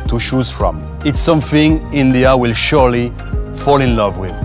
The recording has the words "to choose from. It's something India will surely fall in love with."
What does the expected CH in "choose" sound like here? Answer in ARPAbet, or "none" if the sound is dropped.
SH